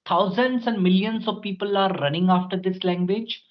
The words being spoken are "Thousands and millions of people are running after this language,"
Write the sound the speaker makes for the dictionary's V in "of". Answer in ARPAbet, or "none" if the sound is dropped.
V